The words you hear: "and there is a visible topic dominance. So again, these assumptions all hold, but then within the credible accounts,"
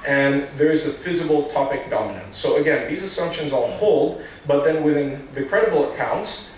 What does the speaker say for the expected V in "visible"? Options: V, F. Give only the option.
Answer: F